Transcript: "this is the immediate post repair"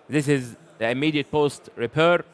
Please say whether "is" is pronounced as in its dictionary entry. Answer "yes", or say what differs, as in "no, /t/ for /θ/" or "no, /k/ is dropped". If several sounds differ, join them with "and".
yes